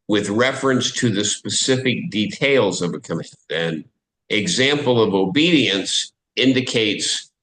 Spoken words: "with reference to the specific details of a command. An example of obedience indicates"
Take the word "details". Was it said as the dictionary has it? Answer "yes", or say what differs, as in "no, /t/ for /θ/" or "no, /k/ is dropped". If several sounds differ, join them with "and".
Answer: yes